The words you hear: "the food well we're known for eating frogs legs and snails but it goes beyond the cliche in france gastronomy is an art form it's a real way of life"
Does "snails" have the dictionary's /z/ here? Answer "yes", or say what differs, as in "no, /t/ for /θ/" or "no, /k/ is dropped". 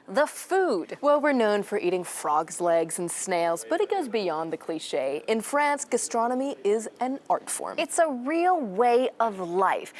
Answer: yes